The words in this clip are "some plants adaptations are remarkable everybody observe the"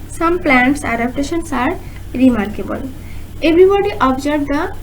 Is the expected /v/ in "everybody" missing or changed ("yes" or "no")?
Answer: yes